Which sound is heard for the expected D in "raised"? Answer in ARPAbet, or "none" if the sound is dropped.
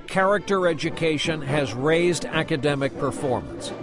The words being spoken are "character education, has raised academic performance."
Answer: D